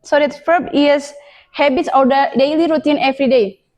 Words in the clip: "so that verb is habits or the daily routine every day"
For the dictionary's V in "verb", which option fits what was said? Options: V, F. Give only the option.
F